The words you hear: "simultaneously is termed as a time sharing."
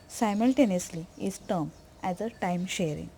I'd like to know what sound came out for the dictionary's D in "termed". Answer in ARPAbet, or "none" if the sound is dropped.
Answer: none